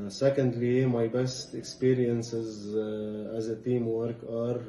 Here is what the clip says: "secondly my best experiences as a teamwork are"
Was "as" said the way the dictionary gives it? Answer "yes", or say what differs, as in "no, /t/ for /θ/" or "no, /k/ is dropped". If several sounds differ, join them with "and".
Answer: yes